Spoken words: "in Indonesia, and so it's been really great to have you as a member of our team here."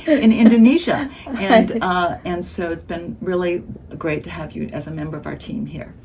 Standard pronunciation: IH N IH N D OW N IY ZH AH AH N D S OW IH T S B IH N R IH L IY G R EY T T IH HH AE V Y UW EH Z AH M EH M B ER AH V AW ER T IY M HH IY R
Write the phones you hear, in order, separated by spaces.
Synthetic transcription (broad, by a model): IH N IH N D OW N IY ZH AH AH N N S OW IH T S B IH N R IH L IY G R EY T T IH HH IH V Y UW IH Z AH M EH M B ER AH V AW ER T IY M HH IY R